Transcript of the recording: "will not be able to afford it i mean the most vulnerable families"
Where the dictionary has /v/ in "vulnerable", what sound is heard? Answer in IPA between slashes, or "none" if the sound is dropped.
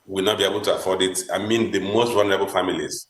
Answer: /w/